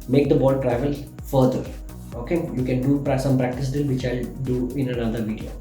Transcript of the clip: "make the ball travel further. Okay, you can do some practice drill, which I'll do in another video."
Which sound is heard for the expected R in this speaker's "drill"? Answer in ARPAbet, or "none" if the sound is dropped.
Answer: none